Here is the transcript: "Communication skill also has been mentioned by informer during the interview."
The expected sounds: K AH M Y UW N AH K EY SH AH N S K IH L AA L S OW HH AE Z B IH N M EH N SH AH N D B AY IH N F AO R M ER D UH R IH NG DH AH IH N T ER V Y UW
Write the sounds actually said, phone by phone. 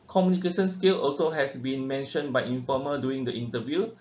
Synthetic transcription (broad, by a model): K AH M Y UW N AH K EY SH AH N S K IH L AA L S OW HH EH S B IH N M EH N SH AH N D B AY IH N F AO M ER D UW IH NG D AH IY N T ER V Y UW